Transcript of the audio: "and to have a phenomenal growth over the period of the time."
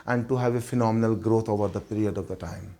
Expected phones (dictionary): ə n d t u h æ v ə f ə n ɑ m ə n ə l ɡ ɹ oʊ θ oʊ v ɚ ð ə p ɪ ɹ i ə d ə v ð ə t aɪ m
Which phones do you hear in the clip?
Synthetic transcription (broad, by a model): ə n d t u h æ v ə f ə n ɑ m ə n ə l ɡ ɹ oʊ t oʊ v ɚ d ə p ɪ ɹ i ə d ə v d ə t aɪ m